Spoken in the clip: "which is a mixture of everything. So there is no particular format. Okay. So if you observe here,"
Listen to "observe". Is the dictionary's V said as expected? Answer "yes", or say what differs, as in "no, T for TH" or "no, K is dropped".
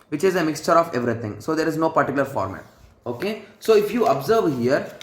yes